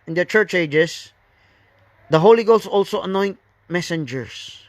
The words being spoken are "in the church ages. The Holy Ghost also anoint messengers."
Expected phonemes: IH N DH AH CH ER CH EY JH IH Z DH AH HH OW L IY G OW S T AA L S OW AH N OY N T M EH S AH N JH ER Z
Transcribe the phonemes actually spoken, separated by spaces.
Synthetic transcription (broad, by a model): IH N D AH CH ER CH EY JH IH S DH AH HH OW L IY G OW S AA L S OW AH N OY N T M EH S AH N JH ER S